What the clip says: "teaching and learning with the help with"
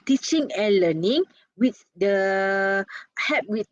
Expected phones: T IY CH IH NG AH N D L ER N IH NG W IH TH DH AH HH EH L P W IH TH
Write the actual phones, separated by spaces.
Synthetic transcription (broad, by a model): T IY CH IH NG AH N L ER N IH NG W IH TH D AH HH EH P W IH